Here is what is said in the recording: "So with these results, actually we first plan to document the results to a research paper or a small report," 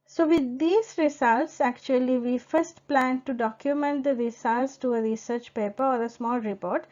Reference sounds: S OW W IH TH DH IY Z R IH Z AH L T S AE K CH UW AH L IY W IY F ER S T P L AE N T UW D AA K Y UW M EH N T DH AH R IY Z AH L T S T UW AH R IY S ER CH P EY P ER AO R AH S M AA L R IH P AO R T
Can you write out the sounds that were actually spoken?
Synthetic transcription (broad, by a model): S OW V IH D IY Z R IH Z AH L T S AE K CH UW AH L IY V IY F ER S T P L AE N T UW D AA K Y UW M EH N T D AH R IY S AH L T S T UW AH R IY S ER CH P EY P ER AO R AH S M AA L R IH P AO R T